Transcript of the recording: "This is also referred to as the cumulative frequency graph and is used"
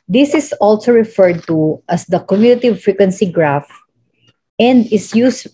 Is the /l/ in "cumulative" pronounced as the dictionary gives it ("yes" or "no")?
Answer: no